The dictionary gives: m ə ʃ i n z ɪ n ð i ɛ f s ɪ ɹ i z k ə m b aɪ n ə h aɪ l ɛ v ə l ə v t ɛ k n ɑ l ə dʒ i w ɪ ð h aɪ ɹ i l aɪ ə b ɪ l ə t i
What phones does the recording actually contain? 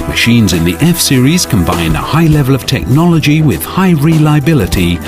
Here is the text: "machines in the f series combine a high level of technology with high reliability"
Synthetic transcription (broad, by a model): m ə ʃ i n z ɪ n ð i ɛ f s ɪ ɹ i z k ə m b aɪ n ə h aɪ l ɛ v ə l ə v t ɛ k n ɑ l ə dʒ i w ɪ ð h aɪ ɹ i l aɪ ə b ɪ l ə t i